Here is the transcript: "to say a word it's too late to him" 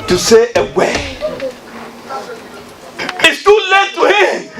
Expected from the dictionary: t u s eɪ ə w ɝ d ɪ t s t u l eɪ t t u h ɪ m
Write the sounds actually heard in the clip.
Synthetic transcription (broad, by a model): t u s eɪ ə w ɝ ɪ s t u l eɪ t t u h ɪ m